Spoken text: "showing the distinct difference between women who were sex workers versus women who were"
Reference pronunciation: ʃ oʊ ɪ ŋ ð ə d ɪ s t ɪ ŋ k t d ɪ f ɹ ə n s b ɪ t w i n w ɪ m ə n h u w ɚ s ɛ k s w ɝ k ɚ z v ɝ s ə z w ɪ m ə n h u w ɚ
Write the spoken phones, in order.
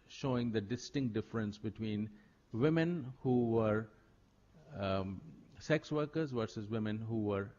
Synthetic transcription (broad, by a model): ʃ oʊ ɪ ŋ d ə d ɪ s t ɪ ŋ k t d ɪ f ɹ ə n s b ɪ t w i n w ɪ m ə n h u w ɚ s ɛ k s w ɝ k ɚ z v ɝ s ə z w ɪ m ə n h u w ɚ